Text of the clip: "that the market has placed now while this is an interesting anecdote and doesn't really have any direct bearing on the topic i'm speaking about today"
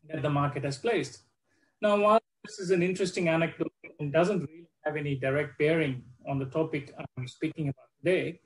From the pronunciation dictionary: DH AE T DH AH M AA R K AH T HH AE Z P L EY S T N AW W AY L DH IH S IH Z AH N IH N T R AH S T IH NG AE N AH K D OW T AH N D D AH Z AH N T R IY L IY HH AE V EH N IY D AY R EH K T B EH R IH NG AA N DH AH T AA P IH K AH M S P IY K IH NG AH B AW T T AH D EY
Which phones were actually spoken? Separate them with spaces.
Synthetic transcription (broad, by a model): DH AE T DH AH M AA R K AH T HH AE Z P L EY S T N AW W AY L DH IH S IH Z AH N IH N T R AH S T IH NG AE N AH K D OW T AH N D D AH Z AH N T R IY L IY HH AE V EH N IY D AY R EH K T B EH R IH NG AA N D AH T AA P IH K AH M S P IY K IH NG AH B AW T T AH D EY